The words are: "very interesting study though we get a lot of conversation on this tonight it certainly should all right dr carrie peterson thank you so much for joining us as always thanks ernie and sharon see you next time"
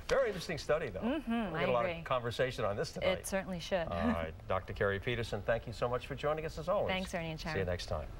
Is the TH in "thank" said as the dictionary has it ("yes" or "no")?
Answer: yes